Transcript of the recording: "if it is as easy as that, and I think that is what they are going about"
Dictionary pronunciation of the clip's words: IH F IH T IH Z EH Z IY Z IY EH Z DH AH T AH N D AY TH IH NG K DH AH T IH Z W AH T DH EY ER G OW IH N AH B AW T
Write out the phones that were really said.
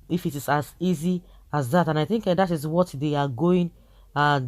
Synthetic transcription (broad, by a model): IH F IH T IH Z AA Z IY Z IY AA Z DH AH T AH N AY TH IH NG K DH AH T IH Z W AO T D EY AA G OW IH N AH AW